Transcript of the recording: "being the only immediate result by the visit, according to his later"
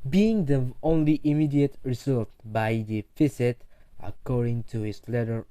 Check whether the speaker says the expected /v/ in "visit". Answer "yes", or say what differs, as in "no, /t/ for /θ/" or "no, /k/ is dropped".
no, /f/ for /v/